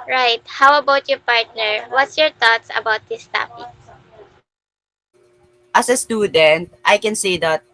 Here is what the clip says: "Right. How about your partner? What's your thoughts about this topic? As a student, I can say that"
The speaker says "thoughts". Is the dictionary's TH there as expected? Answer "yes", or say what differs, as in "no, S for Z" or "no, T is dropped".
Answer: no, T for TH